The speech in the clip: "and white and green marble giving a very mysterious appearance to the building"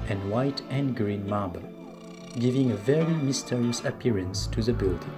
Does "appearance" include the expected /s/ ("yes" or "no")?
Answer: yes